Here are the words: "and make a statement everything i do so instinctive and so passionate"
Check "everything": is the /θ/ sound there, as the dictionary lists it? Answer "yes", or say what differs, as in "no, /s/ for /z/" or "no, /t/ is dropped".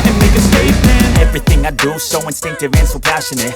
yes